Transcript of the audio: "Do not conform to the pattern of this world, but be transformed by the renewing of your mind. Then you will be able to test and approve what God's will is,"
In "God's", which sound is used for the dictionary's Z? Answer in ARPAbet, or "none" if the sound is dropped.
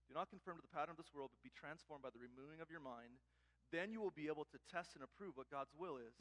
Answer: Z